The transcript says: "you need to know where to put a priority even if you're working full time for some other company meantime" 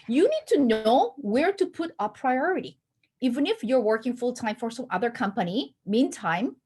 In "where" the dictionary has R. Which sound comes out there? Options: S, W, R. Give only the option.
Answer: R